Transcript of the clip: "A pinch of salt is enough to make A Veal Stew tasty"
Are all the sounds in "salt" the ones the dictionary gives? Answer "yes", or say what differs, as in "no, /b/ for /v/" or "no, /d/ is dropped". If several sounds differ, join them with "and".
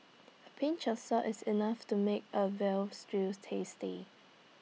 no, /l/ is dropped